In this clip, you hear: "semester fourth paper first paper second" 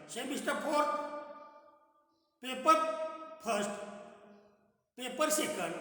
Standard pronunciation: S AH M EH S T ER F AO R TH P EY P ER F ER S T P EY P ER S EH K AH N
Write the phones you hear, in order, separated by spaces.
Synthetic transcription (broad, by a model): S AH M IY S T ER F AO R T P EY P ER P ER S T P EY P ER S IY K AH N